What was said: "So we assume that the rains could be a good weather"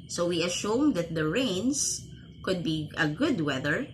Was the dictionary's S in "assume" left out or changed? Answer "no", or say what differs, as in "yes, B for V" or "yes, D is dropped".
yes, SH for S